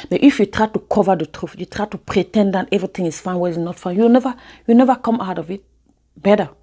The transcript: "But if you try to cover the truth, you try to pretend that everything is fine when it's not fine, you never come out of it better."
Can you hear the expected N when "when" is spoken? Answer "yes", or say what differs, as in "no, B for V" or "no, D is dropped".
no, N is dropped